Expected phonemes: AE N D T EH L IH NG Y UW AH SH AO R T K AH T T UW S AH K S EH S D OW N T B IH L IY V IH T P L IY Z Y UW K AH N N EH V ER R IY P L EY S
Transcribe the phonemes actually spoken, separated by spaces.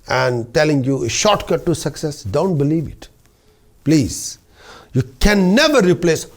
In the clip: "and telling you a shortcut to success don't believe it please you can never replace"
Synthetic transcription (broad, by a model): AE N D T EH L IH NG Y UW AH SH AO R T K AH T T UW S AH K S EH S D OW N T B IH L IY V IH T P L IY Z Y UW K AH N N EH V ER R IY P L EY S